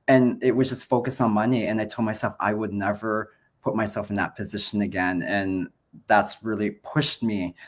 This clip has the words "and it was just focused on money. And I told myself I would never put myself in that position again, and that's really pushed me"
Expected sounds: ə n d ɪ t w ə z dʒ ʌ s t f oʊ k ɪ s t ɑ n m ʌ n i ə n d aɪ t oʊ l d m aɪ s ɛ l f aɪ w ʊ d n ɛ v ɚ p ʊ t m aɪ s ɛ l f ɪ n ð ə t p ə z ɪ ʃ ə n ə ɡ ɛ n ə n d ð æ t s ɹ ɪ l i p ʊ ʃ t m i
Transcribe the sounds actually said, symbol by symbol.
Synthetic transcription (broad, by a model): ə n ɪ t w ə z dʒ ʌ s t f oʊ k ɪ s n m ʌ n i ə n aɪ t oʊ l d m aɪ s ɛ l f aɪ w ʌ d n ɛ v ɚ p ʊ t m aɪ s ɛ l f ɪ n ð ə t p ə z ɪ ʃ ə n ə ɡ ɛ n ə n ð æ t s ɹ ɪ l i p ʊ ʃ t m i